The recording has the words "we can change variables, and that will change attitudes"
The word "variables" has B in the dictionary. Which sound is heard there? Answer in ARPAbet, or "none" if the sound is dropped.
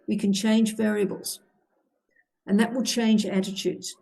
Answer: B